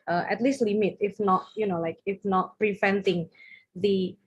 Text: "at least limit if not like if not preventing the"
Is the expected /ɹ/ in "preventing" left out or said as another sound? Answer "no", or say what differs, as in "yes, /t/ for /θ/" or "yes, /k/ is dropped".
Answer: no